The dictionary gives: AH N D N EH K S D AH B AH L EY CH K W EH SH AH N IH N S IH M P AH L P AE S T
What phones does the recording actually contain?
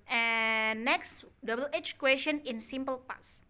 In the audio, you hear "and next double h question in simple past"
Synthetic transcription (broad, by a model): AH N N EH K S D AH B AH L EY CH K W EH SH AH N IH N S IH M P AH L P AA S